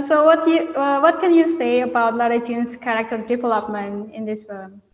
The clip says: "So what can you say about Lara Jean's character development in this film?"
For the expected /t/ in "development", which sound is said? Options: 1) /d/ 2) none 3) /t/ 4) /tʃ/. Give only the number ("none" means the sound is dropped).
2